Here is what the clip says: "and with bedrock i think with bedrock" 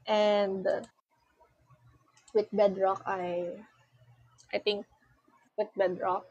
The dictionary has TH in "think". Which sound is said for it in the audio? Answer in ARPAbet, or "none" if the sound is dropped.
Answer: T